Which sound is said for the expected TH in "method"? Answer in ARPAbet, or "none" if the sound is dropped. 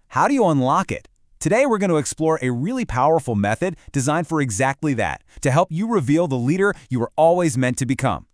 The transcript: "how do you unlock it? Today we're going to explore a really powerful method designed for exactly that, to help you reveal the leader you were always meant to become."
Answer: TH